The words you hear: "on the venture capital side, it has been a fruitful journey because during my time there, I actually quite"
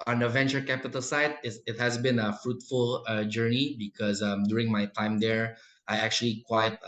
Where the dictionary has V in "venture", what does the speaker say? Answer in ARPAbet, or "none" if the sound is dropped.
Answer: V